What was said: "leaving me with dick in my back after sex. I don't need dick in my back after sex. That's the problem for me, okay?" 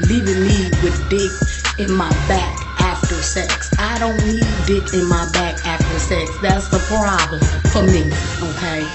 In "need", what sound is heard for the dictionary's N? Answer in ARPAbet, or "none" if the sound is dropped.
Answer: L